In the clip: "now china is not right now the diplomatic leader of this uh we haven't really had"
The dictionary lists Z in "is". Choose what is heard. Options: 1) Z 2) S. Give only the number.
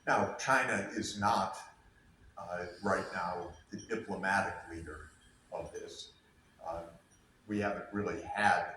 1